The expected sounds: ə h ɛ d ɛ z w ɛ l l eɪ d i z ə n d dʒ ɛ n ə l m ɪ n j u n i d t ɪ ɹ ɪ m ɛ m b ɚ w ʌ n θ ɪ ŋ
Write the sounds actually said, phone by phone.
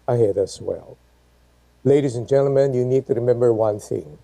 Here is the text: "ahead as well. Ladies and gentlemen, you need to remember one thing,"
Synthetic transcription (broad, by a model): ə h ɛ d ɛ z w ɛ l l eɪ d i z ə n dʒ ɛ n l m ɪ n j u n i d t ɪ ɹ ɪ m ɛ m b ɚ w ʌ n θ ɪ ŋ